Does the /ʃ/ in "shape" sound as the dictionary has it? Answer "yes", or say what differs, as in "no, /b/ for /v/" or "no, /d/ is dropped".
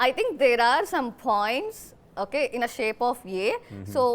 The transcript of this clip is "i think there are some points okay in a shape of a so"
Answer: yes